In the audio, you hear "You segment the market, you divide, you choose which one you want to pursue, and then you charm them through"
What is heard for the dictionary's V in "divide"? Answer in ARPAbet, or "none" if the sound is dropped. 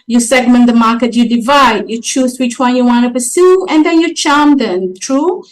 V